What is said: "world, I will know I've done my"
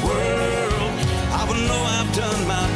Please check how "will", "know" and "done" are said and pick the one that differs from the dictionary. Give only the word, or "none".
will